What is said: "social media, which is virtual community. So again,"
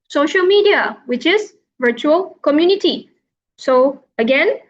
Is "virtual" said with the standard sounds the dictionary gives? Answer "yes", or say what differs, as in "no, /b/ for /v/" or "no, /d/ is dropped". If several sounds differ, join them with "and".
yes